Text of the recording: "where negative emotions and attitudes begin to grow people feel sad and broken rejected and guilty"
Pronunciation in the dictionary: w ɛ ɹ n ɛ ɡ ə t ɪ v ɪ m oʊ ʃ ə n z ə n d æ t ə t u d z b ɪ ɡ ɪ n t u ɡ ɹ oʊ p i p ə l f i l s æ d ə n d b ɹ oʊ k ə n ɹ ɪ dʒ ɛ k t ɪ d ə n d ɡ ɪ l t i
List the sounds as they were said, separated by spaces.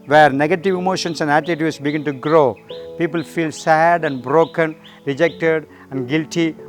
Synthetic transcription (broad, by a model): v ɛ ɹ n ɛ ɡ ə t ɪ v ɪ m oʊ ʃ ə n s ə n d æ t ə t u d s b ɪ ɡ ɪ n t u ɡ ɹ oʊ p i p ə l f i l s æ d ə n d b ɹ oʊ k ə n ɹ ɪ dʒ ɛ k t ɪ d ə n d ɡ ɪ l t i